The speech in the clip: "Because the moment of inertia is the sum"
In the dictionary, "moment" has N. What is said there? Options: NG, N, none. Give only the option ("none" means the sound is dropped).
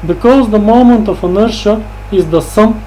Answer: N